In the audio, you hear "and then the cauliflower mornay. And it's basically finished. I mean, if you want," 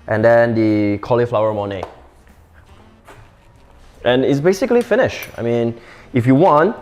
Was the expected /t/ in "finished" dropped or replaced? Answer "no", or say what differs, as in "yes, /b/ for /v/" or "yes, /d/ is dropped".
yes, /t/ is dropped